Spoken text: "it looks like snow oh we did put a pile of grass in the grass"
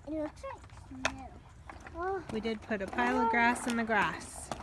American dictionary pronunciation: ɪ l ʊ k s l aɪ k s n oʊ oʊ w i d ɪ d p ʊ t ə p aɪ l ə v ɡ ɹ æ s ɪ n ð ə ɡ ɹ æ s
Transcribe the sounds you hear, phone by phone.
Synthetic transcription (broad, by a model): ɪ n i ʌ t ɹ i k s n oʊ oʊ w i d ɪ d p ʊ t ə p aɪ l ə v ɡ ɹ æ s n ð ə ɡ ɹ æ s